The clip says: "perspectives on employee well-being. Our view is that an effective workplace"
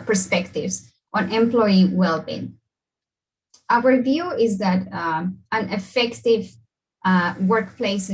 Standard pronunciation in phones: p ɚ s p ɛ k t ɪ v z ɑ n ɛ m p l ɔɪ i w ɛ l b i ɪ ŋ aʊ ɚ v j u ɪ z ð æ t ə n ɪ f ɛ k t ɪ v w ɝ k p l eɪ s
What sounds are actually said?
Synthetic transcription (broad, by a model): p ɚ s p ɛ k t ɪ v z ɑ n ɛ m p l ɔɪ i w ɛ l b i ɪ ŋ aʊ ɚ v j u ɪ z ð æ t ə n ɪ f ɛ k t ɪ v w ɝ k p l eɪ s